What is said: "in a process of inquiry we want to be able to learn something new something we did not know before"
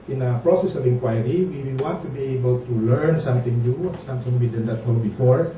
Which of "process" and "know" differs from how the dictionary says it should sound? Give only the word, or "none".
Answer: know